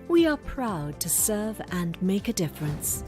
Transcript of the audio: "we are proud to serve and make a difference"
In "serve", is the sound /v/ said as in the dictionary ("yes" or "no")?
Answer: yes